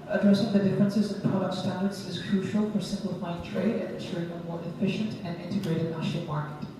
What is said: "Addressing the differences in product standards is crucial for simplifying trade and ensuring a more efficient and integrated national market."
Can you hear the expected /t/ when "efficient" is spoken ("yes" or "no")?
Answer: yes